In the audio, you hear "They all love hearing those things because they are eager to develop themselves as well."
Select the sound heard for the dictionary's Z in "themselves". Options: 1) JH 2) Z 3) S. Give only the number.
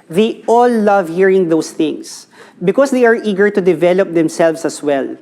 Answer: 3